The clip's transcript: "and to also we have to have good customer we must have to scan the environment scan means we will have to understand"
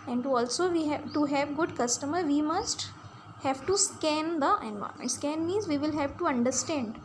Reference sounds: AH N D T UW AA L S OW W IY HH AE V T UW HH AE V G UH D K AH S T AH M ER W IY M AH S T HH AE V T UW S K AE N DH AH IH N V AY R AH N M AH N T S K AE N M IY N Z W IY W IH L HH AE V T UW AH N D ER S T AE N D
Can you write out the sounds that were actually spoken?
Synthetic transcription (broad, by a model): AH N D T UW AA L S OW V IY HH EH T UW HH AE V G UH D K AH S T AH M ER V IY M AH S T HH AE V T UW S K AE N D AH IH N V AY AH M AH N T S K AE N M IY Z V IY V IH L HH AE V T UW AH N D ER S T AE N D